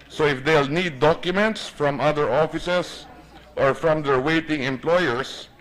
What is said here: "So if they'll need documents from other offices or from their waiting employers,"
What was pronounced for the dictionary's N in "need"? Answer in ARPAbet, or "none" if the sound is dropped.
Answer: N